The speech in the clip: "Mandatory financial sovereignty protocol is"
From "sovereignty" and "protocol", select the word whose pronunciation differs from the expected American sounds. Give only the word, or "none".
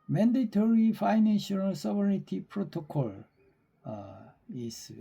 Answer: sovereignty